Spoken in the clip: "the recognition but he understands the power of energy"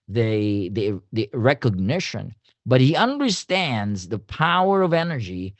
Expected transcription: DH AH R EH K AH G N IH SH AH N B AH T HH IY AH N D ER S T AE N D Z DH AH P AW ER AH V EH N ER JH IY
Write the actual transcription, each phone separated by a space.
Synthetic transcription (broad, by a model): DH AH R EH K AH G N IH SH AH N B AH T HH IY AH N D ER S T AE N D Z DH AH P AW ER AH V EH N ER JH IY